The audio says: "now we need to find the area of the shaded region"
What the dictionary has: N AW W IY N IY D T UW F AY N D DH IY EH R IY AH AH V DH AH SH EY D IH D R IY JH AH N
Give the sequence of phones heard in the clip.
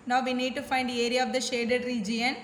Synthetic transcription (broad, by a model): N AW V IY N IY D T UW F AY N D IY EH R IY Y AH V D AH SH EY D IH D R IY JH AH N